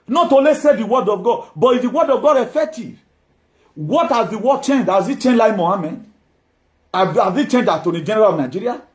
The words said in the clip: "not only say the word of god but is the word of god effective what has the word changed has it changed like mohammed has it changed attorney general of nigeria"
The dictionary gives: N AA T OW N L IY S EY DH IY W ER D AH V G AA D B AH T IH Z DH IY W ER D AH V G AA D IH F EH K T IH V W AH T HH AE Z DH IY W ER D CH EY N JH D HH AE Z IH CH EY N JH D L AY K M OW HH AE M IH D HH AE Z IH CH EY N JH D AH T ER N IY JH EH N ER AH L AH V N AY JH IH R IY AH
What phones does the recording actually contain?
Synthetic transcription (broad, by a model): N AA T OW L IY S EY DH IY W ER D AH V G AA D B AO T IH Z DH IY W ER D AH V G AA D IH F EH K T IH V W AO T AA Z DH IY W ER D CH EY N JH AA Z IH CH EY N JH L AY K M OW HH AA M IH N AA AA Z IH CH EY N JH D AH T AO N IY JH EH N ER AH L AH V N AY JH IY R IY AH